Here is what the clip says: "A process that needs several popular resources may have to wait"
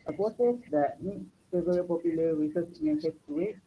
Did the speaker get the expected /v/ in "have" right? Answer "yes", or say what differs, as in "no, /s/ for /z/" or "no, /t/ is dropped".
no, /p/ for /v/